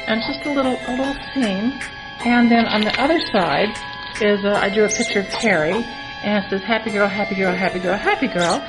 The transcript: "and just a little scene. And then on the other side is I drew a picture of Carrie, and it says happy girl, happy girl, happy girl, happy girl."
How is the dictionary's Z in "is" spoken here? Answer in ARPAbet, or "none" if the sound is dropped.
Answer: Z